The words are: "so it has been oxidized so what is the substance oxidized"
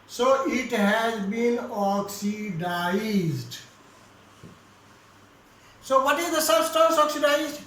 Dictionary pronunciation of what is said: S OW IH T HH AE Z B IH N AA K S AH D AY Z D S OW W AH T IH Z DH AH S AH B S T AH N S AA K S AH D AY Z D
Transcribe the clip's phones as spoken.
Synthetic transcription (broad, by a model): S OW IH T HH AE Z B IH N AA K S AH D AY Z D S OW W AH T IH Z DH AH S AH S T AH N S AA K S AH D AY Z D